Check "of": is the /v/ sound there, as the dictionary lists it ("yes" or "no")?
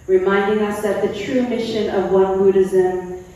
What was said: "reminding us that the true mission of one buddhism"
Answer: yes